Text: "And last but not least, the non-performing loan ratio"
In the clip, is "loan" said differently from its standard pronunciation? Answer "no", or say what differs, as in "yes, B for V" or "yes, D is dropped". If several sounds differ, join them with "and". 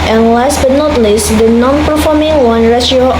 yes, W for L